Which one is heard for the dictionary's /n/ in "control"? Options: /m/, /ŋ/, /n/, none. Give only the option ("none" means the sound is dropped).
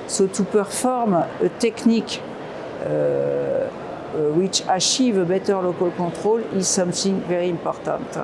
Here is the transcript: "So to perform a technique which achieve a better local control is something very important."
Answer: none